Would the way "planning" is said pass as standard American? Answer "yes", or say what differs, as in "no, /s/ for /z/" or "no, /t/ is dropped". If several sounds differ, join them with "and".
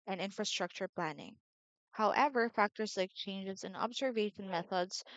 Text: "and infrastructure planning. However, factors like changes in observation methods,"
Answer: yes